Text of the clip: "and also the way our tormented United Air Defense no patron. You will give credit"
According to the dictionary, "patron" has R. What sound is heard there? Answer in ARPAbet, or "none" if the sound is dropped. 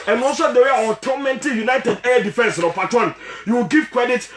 none